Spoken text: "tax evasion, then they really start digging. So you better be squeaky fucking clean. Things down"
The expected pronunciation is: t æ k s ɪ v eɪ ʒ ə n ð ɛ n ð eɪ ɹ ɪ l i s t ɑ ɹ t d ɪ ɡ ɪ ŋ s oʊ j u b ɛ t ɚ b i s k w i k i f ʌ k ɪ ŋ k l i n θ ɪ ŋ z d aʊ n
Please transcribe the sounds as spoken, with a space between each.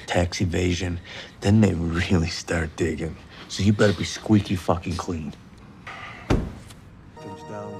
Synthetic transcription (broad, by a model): t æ k s ɪ v eɪ ʒ ə n ð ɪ n ð eɪ ɹ ɪ l i s t ɑ ɹ t d ɪ ɡ ɪ ŋ s oʊ j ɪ b ɛ t ɚ b i s k w i k i f ʌ k ɪ ŋ k l i n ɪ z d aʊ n